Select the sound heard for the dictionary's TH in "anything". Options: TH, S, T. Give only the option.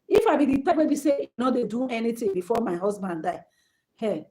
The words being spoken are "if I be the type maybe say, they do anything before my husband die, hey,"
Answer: T